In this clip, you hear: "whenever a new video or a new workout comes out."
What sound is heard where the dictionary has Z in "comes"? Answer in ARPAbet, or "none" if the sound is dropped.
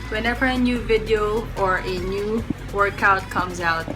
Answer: Z